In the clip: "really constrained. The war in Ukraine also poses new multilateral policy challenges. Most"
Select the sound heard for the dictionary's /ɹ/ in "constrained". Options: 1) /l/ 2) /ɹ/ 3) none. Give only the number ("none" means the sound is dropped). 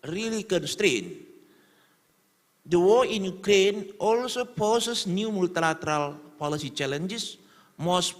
2